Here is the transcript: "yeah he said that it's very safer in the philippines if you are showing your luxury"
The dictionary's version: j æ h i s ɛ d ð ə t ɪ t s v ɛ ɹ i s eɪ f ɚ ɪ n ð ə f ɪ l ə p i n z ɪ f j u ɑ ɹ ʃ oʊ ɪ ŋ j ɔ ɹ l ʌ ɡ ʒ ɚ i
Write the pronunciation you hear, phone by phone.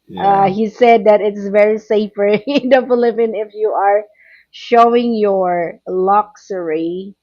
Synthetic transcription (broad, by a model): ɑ h i s ɛ d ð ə t ɪ t s v ɛ ɹ i s eɪ f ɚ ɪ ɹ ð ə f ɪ l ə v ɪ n ɪ f j u ɑ ɹ ʃ oʊ ɪ ŋ j ɔ ɹ l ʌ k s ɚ i